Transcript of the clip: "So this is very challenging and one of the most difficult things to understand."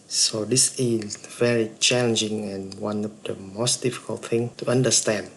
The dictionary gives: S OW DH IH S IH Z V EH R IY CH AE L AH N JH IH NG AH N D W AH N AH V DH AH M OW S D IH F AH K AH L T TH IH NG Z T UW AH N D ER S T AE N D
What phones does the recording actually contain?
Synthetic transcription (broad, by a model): S OW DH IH S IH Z V EH R IY CH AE L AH N JH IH NG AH N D W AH N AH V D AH M OW S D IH F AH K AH L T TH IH NG T UW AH N D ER S T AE N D